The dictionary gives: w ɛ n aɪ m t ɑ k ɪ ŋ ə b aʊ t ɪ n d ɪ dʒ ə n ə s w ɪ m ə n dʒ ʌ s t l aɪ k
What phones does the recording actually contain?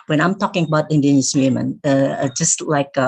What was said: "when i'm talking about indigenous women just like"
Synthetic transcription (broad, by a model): w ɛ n aɪ m t ɑ k ɪ ŋ ə b aʊ t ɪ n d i ə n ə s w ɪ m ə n dʒ ʌ s t l aɪ k